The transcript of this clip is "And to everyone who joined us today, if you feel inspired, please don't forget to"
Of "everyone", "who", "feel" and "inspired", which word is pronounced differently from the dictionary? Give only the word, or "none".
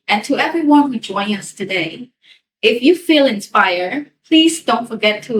none